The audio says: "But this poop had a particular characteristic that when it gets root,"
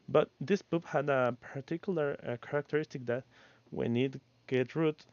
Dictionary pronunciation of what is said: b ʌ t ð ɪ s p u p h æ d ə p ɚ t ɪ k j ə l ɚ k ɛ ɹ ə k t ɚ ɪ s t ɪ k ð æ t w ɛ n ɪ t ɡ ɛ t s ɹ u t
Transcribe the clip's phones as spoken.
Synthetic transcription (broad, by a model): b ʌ t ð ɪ s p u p h æ d ə p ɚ t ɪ k j l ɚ k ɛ ɹ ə k t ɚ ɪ s t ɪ k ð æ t w ɛ n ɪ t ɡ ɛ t ɹ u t